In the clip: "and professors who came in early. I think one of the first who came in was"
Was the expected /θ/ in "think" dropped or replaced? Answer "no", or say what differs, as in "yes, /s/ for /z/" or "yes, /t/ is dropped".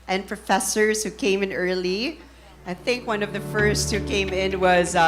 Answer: no